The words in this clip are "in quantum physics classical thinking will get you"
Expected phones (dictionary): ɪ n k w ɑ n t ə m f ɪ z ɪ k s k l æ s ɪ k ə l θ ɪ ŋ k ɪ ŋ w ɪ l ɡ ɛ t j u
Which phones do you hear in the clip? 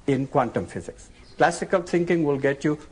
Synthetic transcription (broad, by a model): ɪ n k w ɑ n t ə m f ɪ z ɪ k s k l æ s ɪ k ə l t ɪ ŋ k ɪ ŋ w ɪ l ɡ ɛ t j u